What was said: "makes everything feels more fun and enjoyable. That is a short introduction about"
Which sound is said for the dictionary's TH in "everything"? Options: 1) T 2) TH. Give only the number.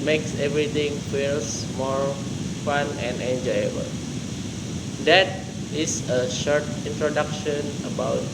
1